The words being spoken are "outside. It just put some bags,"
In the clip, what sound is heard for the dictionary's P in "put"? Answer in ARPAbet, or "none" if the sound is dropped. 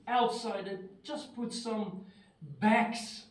P